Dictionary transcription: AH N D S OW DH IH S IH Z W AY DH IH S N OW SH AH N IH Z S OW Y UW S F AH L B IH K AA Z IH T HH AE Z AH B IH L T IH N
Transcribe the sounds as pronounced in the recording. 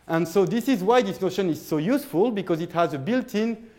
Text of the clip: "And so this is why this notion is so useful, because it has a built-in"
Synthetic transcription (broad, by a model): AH N S OW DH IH S IH Z W AY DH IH S N OW SH AH N IH Z S OW Y UW S F AH L B IH K AA Z IH T HH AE Z AH B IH L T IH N